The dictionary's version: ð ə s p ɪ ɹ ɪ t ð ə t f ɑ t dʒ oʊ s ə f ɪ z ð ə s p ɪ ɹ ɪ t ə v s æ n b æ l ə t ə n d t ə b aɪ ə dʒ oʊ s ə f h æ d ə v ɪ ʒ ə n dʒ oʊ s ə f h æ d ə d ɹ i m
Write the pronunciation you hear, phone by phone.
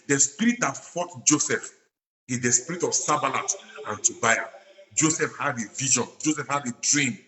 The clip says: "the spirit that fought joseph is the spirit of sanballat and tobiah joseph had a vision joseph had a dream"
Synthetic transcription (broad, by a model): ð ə s p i ɹ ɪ t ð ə t f ɑ t dʒ oʊ s ə f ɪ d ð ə s p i ɹ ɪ t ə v s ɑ b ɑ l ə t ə n t ə b aɪ ə dʒ oʊ s ə f h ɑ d ə v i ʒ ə n dʒ oʊ s ə f h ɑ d ə d ɹ i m